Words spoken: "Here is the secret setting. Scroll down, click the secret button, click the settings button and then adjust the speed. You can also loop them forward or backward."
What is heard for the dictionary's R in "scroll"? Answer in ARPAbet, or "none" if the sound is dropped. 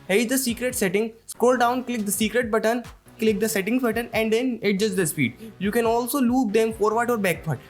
none